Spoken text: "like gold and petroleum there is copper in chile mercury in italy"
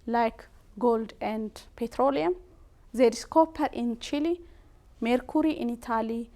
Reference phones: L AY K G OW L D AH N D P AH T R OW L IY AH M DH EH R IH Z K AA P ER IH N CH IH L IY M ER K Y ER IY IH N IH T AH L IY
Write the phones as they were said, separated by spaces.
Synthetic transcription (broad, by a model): L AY K G OW L D AH N D P AH T R OW L IY AH M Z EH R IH S K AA P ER IH N CH IH L IY M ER K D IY IH N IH T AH L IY